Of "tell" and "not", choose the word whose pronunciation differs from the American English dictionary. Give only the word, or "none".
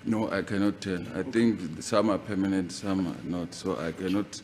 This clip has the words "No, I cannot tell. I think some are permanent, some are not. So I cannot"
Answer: tell